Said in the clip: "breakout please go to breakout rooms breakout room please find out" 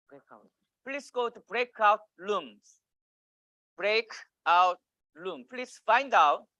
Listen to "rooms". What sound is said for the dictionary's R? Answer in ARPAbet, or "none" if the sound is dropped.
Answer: L